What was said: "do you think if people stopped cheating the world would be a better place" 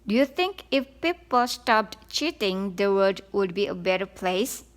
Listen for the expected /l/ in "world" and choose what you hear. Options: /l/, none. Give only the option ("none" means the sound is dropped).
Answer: none